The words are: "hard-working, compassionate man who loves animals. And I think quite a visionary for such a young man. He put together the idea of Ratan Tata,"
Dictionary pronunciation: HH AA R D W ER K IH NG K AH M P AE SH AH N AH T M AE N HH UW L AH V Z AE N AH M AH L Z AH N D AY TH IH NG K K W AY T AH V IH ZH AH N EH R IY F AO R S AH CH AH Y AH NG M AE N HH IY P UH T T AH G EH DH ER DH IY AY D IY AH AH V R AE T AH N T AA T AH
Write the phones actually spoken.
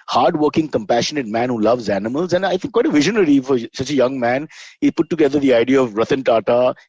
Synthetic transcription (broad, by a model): HH AA R D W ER K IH NG K AH M P AE SH AH N AH T M AE N HH UW L AH V Z AE N AH M AH L Z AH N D AY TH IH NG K K W AY T AH V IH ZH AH N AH R IY F AO R S AH CH AH Y AH NG M AE N HH IY P UH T T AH G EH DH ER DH IY AY D IY AH AH V R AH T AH N T AA T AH